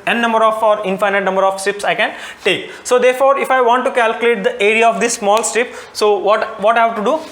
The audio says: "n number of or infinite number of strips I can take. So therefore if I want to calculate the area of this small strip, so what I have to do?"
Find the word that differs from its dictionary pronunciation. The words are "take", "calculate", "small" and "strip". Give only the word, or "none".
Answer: strip